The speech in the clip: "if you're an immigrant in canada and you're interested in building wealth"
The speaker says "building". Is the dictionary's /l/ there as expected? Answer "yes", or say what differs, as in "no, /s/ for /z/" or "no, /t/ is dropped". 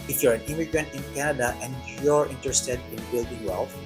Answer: no, /l/ is dropped